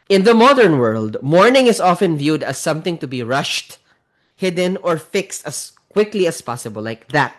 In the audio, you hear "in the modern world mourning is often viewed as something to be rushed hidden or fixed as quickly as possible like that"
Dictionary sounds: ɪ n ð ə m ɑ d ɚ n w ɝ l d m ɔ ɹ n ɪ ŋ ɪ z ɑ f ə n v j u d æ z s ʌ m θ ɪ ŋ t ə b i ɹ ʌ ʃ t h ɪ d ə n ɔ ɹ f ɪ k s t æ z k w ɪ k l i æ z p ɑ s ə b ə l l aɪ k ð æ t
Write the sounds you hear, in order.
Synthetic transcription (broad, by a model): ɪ n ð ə m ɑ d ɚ n w ɝ l d m ɔ ɹ n ɪ ŋ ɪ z ɑ f ə n v j u d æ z s ʌ m θ ɪ ŋ t ə b i ɹ ʌ ʃ t h ɪ d ə n ɔ ɹ f ɪ k s t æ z k w ɪ k l i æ s p ɑ s ə b ə l l aɪ k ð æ t